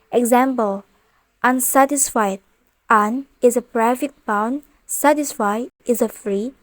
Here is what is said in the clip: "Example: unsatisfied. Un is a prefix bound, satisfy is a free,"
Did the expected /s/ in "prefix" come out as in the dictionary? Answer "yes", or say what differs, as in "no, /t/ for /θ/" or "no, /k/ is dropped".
no, /s/ is dropped